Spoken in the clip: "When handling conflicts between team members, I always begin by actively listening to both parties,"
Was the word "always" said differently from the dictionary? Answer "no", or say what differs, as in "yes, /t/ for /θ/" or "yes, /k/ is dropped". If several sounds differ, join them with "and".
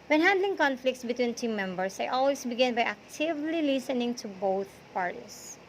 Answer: yes, /s/ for /z/